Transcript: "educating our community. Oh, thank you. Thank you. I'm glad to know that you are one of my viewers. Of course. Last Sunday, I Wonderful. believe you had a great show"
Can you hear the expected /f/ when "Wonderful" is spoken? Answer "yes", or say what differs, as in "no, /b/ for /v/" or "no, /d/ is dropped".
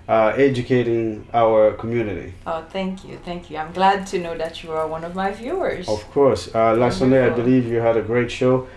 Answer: no, /f/ is dropped